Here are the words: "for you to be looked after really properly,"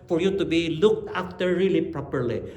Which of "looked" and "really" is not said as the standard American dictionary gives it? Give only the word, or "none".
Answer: none